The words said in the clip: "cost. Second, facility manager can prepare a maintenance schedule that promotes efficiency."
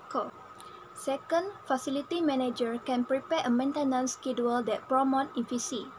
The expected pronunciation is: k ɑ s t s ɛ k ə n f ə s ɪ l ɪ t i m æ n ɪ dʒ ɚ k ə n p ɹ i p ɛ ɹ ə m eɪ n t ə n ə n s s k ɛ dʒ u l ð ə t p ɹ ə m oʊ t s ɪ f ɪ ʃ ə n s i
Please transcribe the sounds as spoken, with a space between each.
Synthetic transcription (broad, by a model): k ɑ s s ɛ k ə n f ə s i l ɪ t i m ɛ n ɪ dʒ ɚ k ə n p ɹ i p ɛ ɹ ə m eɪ n t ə n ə n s s k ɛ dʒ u l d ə t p ɹ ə m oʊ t ɪ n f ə s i